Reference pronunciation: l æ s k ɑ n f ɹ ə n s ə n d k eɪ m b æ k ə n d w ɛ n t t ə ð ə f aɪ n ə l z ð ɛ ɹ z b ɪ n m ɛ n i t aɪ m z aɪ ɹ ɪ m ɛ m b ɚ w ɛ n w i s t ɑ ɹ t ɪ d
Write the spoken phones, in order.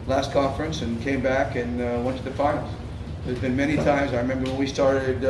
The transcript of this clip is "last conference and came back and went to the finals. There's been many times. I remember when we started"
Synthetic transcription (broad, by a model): l æ s k ɑ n f ɹ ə n s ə n k eɪ m b æ k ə n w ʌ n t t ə ð ə f aɪ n l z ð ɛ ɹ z b ɪ n m ɛ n i t aɪ m z aɪ ɹ ɪ m ɛ m b ɚ w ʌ n w i s t ɑ ɹ t ɪ d